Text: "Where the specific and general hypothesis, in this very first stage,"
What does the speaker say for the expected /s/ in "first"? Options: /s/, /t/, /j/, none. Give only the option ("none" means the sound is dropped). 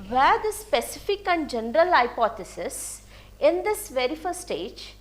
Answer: none